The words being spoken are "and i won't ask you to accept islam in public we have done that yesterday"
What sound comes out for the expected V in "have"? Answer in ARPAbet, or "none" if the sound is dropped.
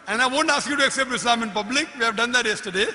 V